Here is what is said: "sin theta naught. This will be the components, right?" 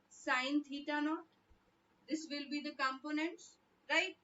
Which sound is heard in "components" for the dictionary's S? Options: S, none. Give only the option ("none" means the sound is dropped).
S